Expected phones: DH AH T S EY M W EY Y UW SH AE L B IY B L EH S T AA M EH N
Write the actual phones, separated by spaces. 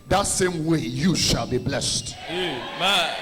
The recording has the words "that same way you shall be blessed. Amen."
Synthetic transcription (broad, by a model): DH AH T S EY M W EY Y UW SH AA L B IY B L EH S T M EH